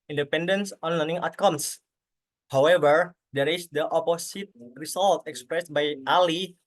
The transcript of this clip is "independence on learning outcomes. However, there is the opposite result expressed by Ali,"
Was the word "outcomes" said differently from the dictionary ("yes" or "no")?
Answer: yes